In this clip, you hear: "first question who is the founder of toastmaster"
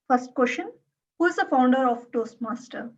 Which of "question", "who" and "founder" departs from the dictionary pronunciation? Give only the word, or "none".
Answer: question